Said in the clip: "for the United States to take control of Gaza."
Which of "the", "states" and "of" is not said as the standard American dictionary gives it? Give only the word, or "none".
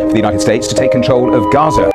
none